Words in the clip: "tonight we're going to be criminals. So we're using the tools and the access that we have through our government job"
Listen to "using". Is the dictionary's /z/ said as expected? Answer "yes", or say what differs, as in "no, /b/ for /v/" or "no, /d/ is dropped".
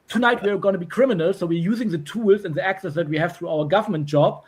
yes